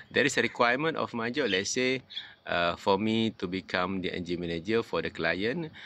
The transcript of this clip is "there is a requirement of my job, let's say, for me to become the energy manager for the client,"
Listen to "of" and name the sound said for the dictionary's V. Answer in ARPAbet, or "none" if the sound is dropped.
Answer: F